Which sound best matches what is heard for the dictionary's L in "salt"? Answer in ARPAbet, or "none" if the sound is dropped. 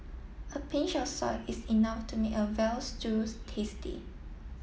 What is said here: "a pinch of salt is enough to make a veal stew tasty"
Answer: none